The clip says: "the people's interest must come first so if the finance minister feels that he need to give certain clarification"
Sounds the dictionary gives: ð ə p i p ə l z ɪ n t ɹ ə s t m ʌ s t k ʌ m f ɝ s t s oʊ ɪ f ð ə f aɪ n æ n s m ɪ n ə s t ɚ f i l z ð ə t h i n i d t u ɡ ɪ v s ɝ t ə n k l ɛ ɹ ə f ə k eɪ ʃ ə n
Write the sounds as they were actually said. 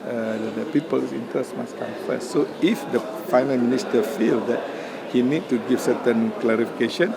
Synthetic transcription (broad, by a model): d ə p i p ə l s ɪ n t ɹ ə s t m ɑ s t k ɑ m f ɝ s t s oʊ ɪ f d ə f aɪ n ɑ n m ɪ n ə s t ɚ f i l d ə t h i n i d t u ɡ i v s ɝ t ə n k l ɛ ɹ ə f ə k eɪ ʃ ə n